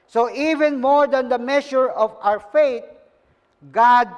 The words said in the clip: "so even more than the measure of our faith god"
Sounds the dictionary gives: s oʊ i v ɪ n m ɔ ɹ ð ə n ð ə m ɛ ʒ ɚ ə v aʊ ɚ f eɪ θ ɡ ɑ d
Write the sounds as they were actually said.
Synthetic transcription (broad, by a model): s oʊ i v ɪ n m ɔ ɹ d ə n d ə m ɛ ʃ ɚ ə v aʊ ɚ f eɪ t ɡ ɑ d